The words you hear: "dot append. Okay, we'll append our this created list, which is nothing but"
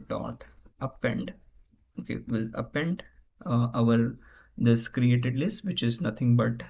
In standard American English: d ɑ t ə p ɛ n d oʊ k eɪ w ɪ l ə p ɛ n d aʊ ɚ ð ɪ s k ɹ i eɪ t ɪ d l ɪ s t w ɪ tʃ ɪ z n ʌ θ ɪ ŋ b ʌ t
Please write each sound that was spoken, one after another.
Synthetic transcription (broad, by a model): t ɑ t ə p ɛ n d oʊ k eɪ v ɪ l ə p ɛ n d aʊ ɚ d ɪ s k ɹ i eɪ t ɪ d l ɪ s t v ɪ tʃ ɪ z n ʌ t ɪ ŋ b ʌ t